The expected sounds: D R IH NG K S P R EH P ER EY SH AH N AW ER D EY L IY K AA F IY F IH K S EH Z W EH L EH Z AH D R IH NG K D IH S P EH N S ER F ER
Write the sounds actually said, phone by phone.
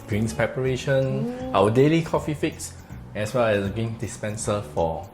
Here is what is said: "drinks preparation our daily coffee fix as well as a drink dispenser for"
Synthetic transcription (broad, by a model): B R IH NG S P R EH P ER EY SH AH N AW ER D EY L IY K AA F IY F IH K S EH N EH W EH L AH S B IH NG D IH S P EH N S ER F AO